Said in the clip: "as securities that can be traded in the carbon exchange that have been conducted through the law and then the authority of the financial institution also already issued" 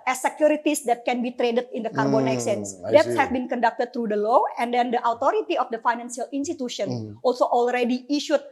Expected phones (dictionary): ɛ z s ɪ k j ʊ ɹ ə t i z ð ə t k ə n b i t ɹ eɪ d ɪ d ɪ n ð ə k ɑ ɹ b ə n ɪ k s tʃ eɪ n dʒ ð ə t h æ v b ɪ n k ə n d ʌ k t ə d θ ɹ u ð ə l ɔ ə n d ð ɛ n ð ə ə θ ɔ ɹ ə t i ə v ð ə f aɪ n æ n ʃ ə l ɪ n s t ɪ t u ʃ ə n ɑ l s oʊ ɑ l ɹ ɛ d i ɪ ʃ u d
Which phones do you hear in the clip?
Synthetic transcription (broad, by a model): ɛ s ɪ k j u ɹ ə t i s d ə t k ə n b i t ɹ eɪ d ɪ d ɪ n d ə k ɑ ɹ b ə n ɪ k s eɪ n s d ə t h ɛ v b ɪ n k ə n d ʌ k t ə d t ɹ u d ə l ɔ ə n d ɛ n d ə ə t ɔ ɹ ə t i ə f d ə f aɪ n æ n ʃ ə l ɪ n s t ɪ t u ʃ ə n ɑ l s oʊ ɑ l ɹ ɛ d i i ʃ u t